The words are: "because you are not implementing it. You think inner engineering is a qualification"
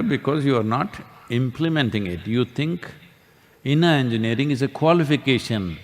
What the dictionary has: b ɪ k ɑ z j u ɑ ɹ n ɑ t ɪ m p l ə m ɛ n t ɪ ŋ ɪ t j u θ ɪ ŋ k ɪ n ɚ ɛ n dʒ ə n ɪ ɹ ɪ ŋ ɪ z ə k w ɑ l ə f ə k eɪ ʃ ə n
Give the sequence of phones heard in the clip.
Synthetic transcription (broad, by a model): b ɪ k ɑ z j u ɑ ɹ n ɑ t ɪ m p l ə m ɛ n t ɪ ŋ ɪ t j u t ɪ ŋ k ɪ n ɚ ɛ n dʒ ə n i ɹ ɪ ŋ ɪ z ə k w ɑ l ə f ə k eɪ ʃ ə n